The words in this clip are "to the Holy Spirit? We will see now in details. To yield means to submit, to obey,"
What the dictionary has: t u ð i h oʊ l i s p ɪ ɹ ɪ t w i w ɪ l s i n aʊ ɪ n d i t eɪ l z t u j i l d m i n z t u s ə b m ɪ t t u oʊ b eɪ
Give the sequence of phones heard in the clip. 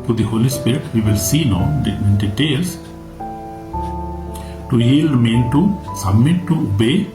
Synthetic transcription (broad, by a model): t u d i h oʊ l i s p ɪ ɹ ɪ t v i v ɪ l s i n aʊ ɪ n d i t eɪ l s t u j i l d m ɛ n t u s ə b m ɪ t t u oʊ b eɪ